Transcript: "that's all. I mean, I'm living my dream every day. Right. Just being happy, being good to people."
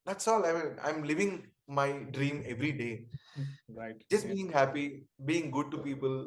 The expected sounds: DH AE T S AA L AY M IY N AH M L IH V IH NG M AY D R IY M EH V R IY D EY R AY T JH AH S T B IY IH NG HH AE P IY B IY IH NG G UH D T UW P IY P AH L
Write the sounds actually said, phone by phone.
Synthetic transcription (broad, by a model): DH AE T S AA L AY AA AH M L IH V IH NG M AY D R IY M EH V R IY D EY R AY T JH AH S T B IY IH NG HH AE P IY B IY IH NG G UH D T UW P IY P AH L